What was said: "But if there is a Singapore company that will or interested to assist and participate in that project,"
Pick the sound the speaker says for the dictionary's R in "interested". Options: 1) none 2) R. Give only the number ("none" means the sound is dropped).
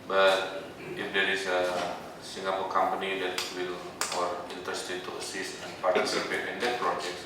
1